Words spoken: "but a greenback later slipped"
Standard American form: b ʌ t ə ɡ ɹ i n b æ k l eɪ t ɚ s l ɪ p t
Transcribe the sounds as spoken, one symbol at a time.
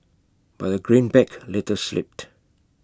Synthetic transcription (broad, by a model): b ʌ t ə ɡ ɹ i n b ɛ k l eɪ t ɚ s l ɪ p t